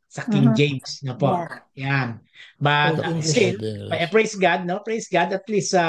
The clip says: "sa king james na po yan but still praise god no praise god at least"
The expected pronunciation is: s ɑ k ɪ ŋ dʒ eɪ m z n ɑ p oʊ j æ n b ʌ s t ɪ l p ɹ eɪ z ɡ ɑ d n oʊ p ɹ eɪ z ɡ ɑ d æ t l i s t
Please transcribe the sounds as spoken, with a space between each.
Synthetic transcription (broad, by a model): s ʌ k ɪ ŋ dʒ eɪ m s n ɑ p oʊ j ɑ n b ʌ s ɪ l p ɹ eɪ s ɡ ɑ d n oʊ p ɹ eɪ s ɡ ɑ d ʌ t l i s